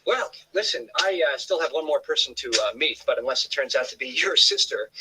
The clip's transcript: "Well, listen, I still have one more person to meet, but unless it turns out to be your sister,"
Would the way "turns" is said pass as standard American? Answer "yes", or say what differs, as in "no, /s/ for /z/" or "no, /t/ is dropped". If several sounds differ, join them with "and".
yes